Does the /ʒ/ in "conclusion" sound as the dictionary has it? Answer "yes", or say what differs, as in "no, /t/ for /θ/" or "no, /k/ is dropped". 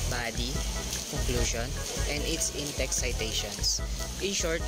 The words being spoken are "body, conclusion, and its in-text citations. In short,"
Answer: no, /ʃ/ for /ʒ/